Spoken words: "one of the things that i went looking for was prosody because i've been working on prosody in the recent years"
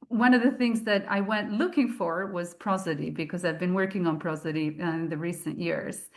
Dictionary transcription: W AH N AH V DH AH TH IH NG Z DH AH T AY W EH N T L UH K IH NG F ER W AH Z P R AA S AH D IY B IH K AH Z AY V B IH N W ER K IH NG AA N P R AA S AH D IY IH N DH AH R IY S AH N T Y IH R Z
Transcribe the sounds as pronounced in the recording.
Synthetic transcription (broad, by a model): W AH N AH V DH AH TH IH NG Z DH AH T AY W EH N T L UH K IH NG F ER W AH Z P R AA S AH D IY B IH K AH Z AY V B IH N W ER K IH NG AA N P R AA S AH D IY IH N DH AH R IY S AH N T Y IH R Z